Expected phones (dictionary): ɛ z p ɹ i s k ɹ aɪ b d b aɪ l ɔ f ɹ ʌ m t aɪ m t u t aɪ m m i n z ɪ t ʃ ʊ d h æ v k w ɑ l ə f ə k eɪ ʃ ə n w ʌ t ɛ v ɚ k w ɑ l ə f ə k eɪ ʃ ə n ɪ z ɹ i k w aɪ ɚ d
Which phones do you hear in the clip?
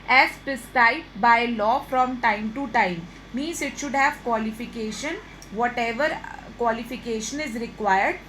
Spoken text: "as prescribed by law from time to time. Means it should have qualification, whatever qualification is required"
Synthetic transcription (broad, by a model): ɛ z p ɹ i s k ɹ aɪ d b aɪ l ɔ f ɹ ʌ m t aɪ m t u t aɪ m m i n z ɪ t ʃ ʊ d h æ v k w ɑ l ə f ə k eɪ ʃ ə n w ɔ t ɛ v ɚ k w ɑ l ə f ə k eɪ ʃ ə n ɪ z ɹ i k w aɪ ɚ d